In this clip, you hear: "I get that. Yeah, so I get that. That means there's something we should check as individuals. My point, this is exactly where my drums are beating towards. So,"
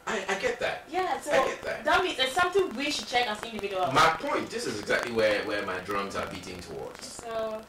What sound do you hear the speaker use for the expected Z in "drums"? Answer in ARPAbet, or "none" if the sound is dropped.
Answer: Z